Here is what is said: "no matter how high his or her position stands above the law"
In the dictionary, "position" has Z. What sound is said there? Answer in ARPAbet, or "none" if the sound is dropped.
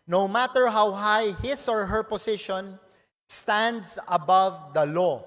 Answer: S